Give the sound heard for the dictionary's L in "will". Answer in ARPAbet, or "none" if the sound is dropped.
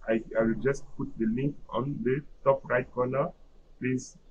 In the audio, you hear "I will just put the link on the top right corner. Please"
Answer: W